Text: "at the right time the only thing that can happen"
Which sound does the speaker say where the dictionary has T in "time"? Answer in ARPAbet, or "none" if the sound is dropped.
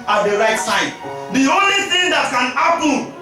S